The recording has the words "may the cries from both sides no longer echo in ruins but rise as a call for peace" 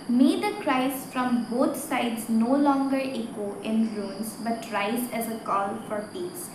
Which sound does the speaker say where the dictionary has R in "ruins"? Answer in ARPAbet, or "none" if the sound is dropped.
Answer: L